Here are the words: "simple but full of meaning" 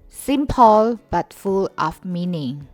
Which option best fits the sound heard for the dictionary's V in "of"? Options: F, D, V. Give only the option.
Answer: F